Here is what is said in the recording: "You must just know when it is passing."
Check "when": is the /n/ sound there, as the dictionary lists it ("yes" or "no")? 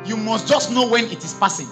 yes